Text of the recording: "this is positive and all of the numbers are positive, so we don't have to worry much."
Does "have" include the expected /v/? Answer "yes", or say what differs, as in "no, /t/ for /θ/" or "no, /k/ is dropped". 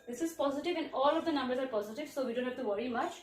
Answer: no, /f/ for /v/